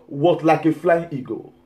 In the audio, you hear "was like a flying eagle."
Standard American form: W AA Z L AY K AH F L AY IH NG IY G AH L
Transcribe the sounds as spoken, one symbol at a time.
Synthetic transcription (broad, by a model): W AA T L AY K AH F L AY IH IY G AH